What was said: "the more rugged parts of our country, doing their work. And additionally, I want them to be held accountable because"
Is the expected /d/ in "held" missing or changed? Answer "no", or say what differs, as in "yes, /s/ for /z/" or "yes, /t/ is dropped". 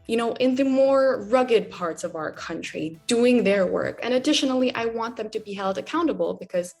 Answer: no